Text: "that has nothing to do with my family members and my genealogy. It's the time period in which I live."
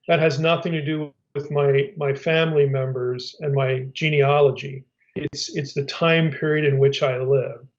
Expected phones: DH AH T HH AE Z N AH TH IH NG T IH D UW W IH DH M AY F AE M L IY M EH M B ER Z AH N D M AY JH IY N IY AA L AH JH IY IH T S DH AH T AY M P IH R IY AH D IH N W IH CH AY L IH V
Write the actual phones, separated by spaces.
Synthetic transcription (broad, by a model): DH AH T HH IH Z N AH TH IH NG T IH D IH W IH DH M AY F AE M L IY M EH M B ER Z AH N M AY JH IY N IY AA L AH JH IY IH T S DH AH T AY M P IH R IY AH D IH N W IH CH AY L IH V